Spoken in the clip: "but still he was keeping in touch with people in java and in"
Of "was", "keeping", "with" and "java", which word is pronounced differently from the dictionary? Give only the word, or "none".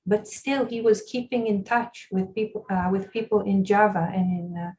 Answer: none